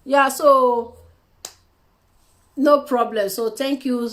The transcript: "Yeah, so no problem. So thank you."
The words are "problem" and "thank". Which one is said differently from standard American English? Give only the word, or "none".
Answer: thank